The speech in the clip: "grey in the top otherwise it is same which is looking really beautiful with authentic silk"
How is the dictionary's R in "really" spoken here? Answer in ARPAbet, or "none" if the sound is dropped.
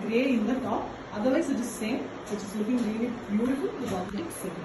L